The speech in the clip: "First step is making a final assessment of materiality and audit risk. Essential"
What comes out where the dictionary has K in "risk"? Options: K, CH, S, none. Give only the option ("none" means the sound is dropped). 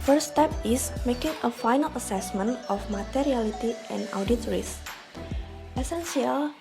none